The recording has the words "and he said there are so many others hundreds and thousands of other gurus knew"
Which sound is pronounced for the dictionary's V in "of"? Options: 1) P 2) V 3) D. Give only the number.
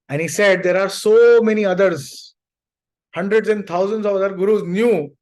2